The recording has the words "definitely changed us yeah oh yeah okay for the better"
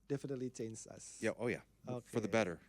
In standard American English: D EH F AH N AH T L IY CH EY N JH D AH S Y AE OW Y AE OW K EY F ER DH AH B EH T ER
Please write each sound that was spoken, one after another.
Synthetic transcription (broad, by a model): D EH F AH N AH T L IY CH EY N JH AH S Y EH OW Y AE OW K EY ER DH AH B EH T ER